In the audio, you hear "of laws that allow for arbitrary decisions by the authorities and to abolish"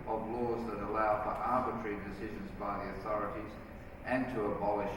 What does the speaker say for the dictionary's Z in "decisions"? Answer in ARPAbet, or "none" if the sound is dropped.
Z